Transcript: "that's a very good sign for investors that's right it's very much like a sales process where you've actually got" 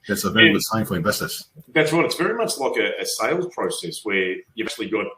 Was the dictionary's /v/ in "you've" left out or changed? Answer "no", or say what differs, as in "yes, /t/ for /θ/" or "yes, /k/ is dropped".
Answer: yes, /v/ is dropped